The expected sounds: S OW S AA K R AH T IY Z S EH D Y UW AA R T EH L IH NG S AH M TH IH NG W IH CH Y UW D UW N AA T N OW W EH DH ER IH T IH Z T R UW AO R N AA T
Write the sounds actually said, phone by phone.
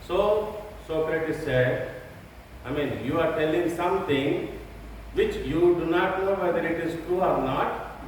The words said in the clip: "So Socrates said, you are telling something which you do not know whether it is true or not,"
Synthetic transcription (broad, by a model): S OW S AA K R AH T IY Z S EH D Y UW AA R T EH L IH NG S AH M T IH NG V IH CH Y UW D UW N AA T N OW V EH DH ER IH T IH Z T UW AO R N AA T